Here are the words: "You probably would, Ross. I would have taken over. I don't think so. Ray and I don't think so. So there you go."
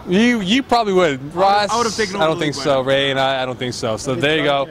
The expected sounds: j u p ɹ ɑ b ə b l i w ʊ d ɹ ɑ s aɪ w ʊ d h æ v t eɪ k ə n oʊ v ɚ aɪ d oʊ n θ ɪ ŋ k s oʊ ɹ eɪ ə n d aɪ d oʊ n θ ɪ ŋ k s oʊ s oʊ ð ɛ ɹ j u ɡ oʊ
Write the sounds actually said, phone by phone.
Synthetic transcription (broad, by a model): j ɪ p ɹ ɑ b ə b l i w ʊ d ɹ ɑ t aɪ w ʊ d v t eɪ ə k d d oʊ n θ ɪ ŋ k s oʊ ɹ eɪ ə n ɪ aɪ d oʊ n θ ɪ ŋ k s oʊ s oʊ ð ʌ ɹ j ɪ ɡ oʊ